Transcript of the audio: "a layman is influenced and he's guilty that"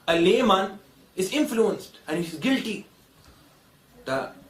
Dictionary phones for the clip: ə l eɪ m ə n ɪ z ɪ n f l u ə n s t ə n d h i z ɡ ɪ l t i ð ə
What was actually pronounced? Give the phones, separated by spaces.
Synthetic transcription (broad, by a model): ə l eɪ m ə n ɪ z ɪ n f l u ə n s t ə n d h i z ɡ ɪ l t i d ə